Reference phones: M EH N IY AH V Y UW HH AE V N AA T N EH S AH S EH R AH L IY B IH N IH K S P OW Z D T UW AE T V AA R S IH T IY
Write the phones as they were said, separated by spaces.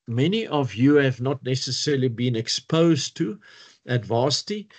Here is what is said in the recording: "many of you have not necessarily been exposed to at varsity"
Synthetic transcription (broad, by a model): M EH N IY AH V Y UW HH AE V N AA T N EH S AH S EH R AH L IY B IH N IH K S P OW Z T UW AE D V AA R S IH T IY